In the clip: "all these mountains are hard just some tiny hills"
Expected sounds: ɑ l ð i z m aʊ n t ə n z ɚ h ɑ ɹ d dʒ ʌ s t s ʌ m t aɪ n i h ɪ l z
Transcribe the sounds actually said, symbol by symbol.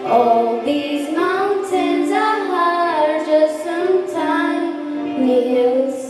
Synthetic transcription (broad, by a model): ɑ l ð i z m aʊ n s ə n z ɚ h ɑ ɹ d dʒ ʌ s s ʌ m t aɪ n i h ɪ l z